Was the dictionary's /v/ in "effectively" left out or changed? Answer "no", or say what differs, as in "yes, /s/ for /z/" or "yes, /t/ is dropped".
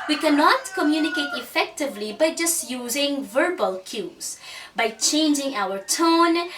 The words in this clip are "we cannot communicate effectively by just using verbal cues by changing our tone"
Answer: no